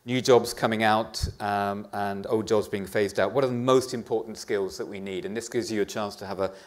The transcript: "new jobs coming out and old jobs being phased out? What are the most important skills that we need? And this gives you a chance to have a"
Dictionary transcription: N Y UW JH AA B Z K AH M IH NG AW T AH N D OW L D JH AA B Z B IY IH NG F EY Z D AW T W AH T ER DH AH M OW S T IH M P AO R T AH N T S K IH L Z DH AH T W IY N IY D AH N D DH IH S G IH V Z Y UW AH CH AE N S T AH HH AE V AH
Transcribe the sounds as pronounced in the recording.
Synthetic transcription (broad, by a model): N Y UW JH AA B Z K AH M IH NG AW T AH N OW L D JH AA B Z B IY IH NG F EY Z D AW T W AH T ER DH AH M OW S T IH M P AO R T N T S K IH L Z DH AH T W IY N IY D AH N DH IH S G IH V Z Y AH CH AE N S T AH V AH